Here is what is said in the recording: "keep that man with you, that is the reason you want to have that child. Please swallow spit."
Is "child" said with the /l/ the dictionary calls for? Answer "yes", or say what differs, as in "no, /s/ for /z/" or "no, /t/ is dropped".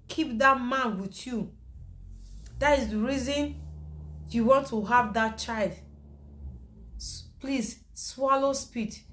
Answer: yes